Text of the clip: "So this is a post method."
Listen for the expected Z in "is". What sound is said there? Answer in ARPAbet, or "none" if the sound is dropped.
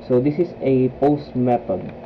S